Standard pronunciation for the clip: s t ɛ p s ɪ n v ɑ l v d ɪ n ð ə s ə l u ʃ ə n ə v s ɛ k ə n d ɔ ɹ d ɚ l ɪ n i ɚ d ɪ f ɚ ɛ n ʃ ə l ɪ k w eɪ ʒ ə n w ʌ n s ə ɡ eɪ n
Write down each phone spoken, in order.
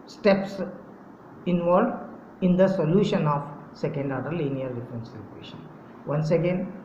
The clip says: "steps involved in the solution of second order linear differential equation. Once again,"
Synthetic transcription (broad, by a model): s t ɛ p s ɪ n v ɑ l d ɪ n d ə s ə l u ʃ ə n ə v s ɛ k ə n d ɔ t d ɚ l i n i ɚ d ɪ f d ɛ n s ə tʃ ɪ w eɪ ʃ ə n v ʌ n s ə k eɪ n